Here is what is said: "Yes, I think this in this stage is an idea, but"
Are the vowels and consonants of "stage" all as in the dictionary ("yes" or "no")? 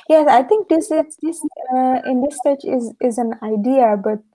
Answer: no